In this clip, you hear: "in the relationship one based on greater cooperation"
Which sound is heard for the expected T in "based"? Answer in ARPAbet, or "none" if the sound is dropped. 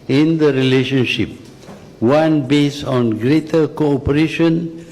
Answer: none